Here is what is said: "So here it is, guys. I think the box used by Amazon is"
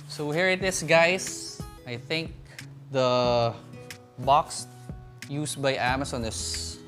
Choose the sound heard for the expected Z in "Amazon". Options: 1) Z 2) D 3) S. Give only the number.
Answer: 3